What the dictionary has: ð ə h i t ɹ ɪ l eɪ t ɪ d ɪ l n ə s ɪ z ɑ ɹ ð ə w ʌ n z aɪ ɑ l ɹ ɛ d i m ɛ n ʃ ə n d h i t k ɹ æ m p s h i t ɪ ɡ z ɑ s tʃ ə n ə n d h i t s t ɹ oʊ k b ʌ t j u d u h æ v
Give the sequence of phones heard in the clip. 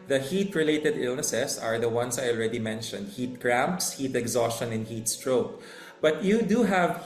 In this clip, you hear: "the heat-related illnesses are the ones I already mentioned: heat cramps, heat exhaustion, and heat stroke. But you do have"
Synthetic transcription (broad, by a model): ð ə h i t ɹ ɪ l eɪ t ɪ d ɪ l n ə s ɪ s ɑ ɹ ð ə w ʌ n s aɪ ɑ l ɹ ɛ d i m ɛ n ʃ ə n d h i t k ɹ æ m p s h i t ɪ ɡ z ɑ s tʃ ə n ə n h i t s t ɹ oʊ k b ʌ t j u d u h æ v